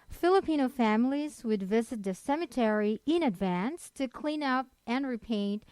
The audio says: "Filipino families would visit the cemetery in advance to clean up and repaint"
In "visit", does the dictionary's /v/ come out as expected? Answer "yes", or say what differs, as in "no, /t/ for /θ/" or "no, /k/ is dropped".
yes